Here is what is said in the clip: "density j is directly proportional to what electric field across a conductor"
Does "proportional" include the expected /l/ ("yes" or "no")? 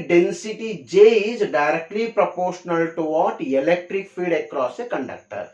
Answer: yes